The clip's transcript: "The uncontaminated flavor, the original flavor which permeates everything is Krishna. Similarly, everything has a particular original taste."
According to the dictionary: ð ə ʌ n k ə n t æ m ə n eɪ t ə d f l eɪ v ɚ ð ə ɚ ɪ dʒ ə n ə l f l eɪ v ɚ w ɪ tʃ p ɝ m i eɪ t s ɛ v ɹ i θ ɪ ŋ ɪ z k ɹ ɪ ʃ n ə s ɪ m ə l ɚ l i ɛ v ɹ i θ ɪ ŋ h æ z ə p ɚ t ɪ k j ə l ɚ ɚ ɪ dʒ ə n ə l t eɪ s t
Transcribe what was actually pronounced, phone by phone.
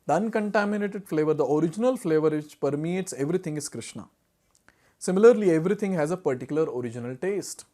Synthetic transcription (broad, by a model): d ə ʌ n k ə n t æ m ə n eɪ t ə d f l eɪ v ɚ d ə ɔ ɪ dʒ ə n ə l f l eɪ v ɚ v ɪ tʃ p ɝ m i t s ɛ v ɹ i t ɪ ŋ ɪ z k ɹ ɪ ʃ n ə s ɪ m ə l ɚ l i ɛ v ɹ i t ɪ ŋ h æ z ə p ɚ t ɪ k j ə l ɚ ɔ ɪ dʒ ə n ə l t eɪ s t